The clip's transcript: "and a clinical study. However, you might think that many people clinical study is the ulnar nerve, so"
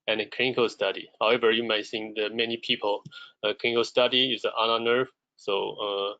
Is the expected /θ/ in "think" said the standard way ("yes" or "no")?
no